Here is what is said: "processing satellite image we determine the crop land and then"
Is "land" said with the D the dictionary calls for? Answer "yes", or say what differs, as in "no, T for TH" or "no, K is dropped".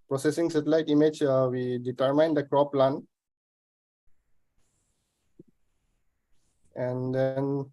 no, D is dropped